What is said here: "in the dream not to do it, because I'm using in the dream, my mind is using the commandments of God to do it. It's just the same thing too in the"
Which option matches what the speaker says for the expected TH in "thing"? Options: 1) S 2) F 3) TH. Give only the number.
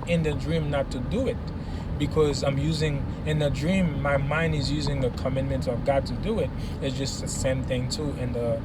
3